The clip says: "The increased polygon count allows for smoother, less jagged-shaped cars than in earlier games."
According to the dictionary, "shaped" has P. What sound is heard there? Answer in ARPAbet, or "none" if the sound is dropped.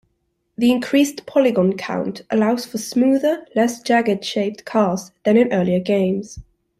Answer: P